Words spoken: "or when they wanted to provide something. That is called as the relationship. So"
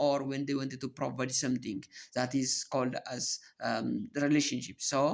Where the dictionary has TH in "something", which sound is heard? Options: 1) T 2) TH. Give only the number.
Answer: 1